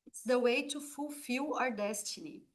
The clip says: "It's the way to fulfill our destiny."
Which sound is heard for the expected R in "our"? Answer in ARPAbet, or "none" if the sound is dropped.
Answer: R